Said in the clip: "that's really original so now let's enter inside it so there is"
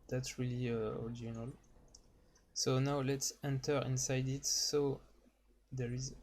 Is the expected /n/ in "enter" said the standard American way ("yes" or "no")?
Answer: yes